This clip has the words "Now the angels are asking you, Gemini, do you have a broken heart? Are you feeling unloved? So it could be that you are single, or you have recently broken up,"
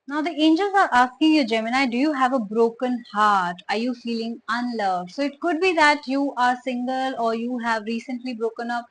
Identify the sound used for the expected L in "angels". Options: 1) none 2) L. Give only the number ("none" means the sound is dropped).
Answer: 2